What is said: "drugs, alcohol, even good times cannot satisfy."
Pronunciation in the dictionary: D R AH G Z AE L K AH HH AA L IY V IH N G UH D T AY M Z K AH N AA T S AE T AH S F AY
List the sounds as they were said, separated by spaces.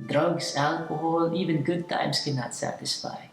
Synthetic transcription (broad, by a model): D R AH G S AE L K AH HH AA L IY V IH N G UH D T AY M S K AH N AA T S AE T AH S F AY